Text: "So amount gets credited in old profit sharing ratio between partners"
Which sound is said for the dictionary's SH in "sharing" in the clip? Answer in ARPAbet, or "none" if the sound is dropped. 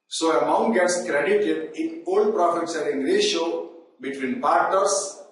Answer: S